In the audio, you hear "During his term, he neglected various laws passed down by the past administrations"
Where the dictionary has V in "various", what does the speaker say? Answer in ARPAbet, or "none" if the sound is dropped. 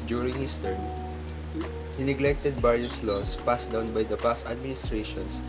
B